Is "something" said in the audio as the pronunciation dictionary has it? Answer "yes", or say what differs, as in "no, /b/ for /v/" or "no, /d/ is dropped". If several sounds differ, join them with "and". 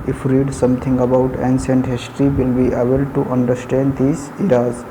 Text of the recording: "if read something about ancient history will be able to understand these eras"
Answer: no, /t/ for /θ/